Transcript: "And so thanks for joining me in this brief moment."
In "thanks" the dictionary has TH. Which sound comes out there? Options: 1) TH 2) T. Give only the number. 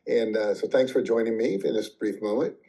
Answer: 1